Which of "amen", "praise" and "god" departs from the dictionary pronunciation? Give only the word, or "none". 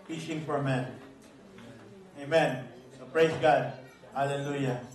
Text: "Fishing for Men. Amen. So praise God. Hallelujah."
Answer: praise